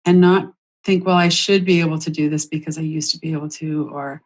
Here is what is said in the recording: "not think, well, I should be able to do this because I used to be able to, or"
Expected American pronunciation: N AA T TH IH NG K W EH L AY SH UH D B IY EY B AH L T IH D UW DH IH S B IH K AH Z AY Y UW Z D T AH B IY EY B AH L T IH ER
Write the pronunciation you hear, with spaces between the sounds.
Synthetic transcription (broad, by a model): N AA T TH IH NG K W EH L AY SH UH D B IY EY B L T IH D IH DH IH S B IH K AH Z AY Y UW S T AH B IY EY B L T IH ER